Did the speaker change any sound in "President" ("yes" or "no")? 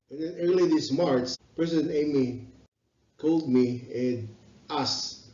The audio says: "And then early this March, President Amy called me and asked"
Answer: yes